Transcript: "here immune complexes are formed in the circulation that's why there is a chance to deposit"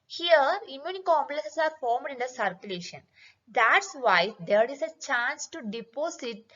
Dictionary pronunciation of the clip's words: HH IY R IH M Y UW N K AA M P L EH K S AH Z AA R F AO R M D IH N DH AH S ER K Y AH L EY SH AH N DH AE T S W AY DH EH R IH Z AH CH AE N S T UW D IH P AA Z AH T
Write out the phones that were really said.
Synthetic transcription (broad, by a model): HH IY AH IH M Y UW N K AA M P L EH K S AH S AA R F AO R M D IH N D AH S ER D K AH L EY SH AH N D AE T S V AY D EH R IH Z AH CH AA N S T UW D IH P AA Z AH T